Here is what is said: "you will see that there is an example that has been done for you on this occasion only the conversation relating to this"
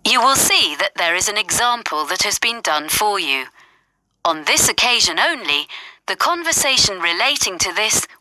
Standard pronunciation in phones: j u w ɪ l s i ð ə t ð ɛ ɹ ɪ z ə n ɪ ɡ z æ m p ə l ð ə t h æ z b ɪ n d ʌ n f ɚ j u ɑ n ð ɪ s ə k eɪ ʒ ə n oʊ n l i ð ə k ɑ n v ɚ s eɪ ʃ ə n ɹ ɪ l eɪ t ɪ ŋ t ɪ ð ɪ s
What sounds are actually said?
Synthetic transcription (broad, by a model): j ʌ w ɪ l s i ð ə t ð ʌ ɹ ɪ z ə n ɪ ɡ z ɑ m p ə l ð ə t h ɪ z b ɪ n d ʌ n f ɚ j u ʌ n ð ɪ s ə k eɪ ʒ ə n oʊ n l i ð ə k ɑ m v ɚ s eɪ ʃ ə n ɹ ɪ l eɪ t ɪ ŋ t ɪ ð ɪ s